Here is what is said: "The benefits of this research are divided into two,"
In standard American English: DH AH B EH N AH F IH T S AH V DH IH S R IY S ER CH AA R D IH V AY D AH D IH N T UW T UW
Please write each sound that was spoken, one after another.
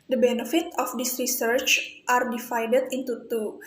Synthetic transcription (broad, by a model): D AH B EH N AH F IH T AH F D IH S R IY S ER CH AA R D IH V AY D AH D IH N T UW T UW